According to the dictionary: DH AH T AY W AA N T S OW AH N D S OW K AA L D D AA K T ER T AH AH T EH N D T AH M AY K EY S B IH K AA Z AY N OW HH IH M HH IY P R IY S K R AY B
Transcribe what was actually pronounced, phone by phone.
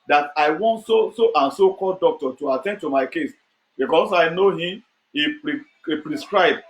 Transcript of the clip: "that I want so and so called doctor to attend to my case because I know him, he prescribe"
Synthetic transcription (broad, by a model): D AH T AY W AA N T S OW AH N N S OW K AA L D D AA K T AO T AH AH T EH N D T AH M AY K EY S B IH K AA S AY N OW HH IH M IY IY P R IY S K R AY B